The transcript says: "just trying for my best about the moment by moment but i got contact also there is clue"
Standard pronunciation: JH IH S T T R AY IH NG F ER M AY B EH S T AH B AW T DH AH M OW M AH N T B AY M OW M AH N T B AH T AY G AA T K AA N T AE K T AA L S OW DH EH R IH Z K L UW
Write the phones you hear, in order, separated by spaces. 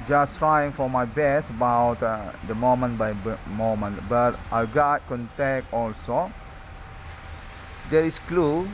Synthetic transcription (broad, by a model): JH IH S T T R AY IH NG F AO M AY B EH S AH B AW T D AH M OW M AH N B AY M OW M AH N B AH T AY G AA T K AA N T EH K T AA L S OW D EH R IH S K L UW